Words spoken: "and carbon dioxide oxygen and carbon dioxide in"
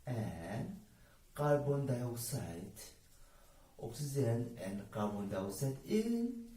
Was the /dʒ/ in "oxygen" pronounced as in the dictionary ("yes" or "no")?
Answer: no